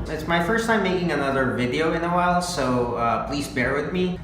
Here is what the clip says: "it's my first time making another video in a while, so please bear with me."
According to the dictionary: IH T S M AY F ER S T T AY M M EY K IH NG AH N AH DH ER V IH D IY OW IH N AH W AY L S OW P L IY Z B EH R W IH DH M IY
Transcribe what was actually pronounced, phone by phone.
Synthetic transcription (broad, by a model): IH T S M AY F ER S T T AY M M EY K IH NG AH N AH DH ER V IH D IY OW IH N AH W AY L S OW P L IY Z B EH R W IH DH M IY